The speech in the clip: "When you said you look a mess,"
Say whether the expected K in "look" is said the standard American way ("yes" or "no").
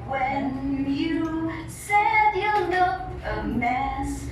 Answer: no